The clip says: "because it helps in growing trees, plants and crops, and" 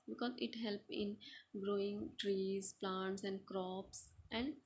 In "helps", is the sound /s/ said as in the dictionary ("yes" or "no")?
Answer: no